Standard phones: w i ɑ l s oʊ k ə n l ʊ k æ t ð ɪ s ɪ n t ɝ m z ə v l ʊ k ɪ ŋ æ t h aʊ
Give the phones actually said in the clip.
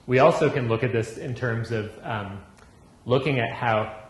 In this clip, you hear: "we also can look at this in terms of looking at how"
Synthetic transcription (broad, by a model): w i ɑ l s oʊ k ə n l ʊ k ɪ t ð ɪ s ɪ n t ɝ m z ə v l ʊ k ɪ ŋ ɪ t h aʊ